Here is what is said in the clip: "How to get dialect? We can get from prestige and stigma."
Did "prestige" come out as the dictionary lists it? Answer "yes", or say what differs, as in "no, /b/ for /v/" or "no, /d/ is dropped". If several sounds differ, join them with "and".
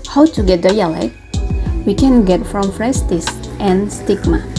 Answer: no, /f/ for /p/